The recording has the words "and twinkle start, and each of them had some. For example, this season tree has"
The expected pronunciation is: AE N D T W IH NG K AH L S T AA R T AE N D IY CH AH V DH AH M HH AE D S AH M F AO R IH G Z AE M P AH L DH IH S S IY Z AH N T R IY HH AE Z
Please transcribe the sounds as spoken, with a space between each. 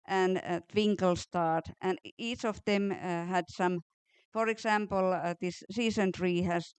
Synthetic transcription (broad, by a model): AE N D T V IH NG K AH L S T AA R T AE N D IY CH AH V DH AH M HH AE D S AH M F AO R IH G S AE M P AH L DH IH S S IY S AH N T R IY HH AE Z